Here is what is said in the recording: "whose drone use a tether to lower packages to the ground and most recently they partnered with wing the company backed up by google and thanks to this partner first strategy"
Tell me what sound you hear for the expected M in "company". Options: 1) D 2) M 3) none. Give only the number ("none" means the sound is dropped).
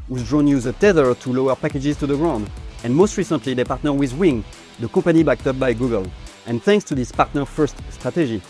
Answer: 3